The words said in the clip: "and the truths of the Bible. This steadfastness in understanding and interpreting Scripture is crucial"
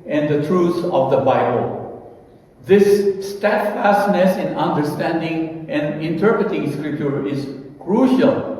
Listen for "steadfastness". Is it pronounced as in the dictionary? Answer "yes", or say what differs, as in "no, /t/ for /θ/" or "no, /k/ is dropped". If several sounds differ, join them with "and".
yes